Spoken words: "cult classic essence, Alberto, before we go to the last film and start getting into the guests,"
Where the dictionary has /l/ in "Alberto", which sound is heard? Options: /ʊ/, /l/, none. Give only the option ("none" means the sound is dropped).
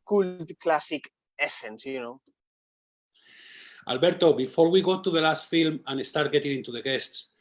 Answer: /l/